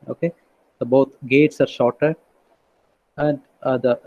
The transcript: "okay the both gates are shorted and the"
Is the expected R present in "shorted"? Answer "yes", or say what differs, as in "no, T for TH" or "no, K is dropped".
yes